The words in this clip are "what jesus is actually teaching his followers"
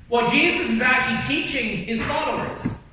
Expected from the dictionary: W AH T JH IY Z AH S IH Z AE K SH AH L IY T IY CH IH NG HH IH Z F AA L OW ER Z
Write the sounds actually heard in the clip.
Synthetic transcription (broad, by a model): W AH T JH IY Z AH S IH Z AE K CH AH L IY T IY CH IH NG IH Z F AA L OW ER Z